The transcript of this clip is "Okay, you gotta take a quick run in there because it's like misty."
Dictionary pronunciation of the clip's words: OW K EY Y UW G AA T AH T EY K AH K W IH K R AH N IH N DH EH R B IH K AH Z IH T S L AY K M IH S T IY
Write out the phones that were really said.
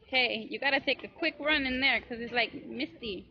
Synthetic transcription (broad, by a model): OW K EY Y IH G AA T AH T EY K AH K W IH K R AH N IH N DH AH R K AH Z IH T S L AY K M IH S T IY